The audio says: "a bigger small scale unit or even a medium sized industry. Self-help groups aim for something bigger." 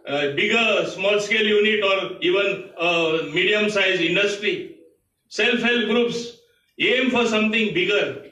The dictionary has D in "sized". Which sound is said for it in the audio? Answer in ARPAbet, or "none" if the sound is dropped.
none